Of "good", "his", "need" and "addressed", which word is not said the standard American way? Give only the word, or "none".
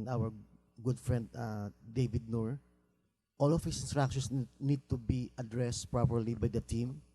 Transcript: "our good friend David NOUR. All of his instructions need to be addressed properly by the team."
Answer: his